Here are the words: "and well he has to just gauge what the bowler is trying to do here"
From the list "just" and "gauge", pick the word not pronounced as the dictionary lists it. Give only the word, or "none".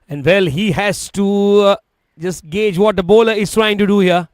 none